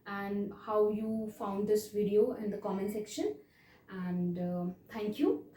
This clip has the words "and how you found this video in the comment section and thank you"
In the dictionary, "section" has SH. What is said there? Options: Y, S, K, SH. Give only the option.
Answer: SH